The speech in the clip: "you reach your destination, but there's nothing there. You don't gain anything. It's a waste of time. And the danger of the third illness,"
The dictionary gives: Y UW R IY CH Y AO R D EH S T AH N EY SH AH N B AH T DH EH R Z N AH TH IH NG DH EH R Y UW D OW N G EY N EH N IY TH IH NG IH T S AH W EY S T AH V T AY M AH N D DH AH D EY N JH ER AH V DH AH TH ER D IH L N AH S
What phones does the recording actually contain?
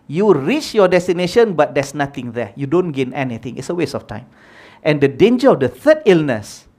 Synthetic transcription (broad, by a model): Y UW R IY CH Y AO D EH S T AH N EY SH AH N B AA T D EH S N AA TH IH NG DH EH Y UW D OW N G EY N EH N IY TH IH NG IH T S AH W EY S AH F T AY M AH N D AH D EY N JH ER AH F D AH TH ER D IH L N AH S